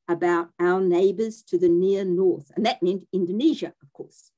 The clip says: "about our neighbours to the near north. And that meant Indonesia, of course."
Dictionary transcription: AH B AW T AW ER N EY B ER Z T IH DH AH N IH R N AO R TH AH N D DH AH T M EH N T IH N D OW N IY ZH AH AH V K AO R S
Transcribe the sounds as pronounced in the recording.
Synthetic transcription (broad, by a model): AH B AW T AW ER N EY B ER Z T IH DH AH N IH R N AO R TH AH N DH AH T M EH N T IH N D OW N IY ZH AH AH V K AO R S